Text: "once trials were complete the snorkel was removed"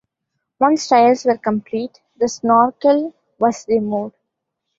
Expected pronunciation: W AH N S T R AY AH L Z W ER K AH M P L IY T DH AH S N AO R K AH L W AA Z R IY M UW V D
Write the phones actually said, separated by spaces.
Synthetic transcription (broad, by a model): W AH N S T AY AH L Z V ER K AH M P L IY T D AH S N AO R K AH L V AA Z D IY M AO D